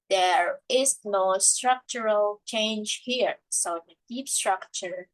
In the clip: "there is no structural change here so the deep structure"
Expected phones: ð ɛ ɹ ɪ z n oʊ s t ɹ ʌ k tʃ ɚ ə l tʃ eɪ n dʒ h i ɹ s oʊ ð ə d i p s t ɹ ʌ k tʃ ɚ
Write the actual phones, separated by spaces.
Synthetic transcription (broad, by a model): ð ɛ ɹ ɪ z n oʊ s t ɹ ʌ k tʃ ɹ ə l tʃ eɪ n dʒ h i ɹ s oʊ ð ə d i p s t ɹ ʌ k tʃ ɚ